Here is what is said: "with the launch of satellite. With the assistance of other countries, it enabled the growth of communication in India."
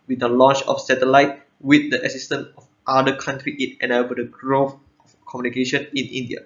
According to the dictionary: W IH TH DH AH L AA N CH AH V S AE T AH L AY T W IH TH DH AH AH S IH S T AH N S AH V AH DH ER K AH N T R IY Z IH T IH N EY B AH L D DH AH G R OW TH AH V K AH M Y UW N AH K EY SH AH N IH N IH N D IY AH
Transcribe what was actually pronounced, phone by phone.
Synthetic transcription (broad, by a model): W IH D AH L AA N CH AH F S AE T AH L AY T W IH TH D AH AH S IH S T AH N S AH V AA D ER K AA N T R IY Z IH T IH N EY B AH D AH G R OW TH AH F K AH M Y UW N AH K EY SH AH N IH N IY N D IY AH